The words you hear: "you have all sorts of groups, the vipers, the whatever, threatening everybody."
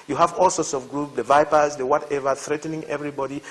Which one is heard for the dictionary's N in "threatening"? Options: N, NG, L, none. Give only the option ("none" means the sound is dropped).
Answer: N